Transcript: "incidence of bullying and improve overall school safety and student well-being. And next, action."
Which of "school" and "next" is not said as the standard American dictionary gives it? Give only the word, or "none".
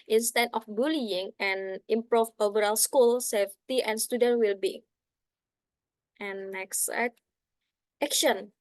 next